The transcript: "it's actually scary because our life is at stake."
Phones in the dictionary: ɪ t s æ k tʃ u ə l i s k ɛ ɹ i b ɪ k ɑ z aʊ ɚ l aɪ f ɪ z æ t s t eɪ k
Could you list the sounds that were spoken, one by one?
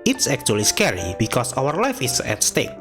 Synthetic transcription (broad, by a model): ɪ t s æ k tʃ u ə l i s k ɛ ɹ i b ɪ k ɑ s aʊ ɚ l aɪ f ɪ s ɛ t s t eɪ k